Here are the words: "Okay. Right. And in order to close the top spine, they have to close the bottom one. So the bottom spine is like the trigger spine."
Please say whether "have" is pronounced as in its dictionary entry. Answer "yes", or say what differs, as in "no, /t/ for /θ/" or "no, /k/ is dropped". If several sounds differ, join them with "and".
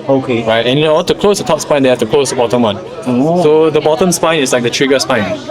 no, /f/ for /v/